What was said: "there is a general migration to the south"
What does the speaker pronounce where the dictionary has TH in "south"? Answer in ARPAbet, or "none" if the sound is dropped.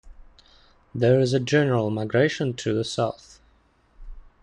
TH